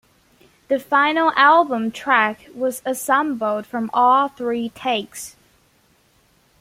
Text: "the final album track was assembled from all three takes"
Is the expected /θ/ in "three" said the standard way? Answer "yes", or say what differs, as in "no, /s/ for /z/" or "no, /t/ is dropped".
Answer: yes